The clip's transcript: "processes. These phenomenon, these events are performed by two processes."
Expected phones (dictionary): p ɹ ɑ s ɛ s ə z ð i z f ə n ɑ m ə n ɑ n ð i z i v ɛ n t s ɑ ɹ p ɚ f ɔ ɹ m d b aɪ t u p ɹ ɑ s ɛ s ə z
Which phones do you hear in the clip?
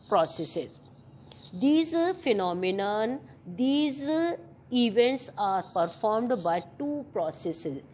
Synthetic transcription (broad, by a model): p ɹ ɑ s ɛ s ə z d i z f ə n ɑ m ə n ɑ n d i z i v ɛ n t s ɑ ɹ p ɚ f ɔ ɹ m d b aɪ t u p ɹ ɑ s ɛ s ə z